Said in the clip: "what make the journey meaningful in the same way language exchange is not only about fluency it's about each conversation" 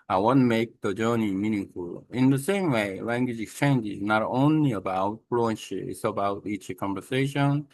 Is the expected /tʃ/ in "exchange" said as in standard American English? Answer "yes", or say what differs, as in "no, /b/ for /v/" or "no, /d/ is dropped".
yes